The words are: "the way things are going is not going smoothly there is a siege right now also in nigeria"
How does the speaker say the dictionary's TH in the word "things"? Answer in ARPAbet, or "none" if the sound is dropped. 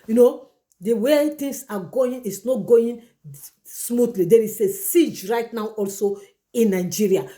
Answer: T